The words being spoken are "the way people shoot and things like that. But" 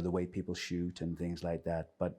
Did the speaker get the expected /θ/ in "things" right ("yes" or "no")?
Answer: yes